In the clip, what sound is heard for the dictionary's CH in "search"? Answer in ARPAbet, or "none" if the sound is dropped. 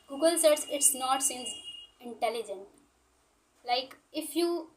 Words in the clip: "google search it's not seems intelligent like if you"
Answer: S